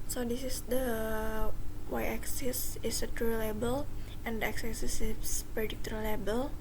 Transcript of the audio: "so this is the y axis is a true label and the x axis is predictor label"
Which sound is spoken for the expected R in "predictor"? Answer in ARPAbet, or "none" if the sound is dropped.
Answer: none